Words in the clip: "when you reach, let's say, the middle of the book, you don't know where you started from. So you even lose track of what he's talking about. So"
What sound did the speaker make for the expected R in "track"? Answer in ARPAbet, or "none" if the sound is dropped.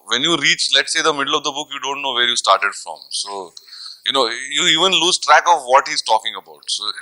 R